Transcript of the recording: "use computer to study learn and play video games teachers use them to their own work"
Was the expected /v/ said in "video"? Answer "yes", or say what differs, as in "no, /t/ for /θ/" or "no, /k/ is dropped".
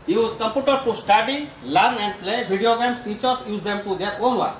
no, /b/ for /v/